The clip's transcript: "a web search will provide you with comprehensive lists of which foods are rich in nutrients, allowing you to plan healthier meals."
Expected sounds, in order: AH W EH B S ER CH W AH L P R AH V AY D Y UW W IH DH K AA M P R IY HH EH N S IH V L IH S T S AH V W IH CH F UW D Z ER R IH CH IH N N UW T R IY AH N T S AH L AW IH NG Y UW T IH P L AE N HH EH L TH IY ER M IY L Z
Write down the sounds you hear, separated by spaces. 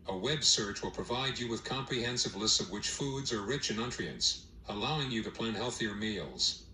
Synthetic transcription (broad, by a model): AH W EH B S ER CH W AH L P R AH V AY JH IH W IH DH K AA M P R IY HH EH N S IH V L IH S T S AH V W IH CH F UW D Z ER R IH CH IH N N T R IY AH N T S AH L AW IH NG Y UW T IH P L AE N HH EH L TH IY ER M IY L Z